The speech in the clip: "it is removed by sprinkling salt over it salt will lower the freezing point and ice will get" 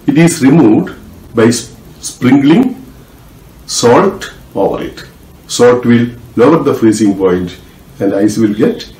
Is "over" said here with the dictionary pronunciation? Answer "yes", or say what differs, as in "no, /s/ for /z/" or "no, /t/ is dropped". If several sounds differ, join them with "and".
yes